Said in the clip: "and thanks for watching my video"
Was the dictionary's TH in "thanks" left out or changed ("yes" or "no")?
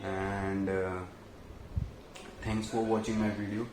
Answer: yes